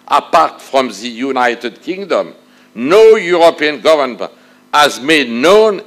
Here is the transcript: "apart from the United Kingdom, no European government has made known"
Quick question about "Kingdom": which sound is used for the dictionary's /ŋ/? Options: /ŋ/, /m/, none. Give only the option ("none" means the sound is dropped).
/ŋ/